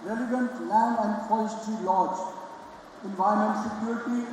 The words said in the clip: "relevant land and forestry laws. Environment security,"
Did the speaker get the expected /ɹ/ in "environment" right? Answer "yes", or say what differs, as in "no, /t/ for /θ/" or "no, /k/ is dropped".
no, /ɹ/ is dropped